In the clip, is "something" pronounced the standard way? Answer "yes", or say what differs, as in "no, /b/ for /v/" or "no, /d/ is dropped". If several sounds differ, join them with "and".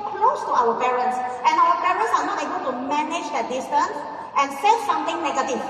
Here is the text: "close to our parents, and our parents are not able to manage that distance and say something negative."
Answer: no, /t/ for /θ/